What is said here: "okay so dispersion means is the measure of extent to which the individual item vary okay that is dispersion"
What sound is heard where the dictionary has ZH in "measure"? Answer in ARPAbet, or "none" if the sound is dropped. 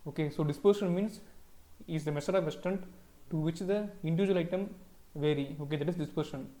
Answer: S